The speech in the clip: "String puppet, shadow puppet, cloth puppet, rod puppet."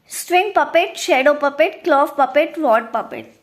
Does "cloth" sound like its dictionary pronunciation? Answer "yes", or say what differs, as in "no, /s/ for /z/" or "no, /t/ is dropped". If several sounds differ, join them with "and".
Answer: no, /f/ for /θ/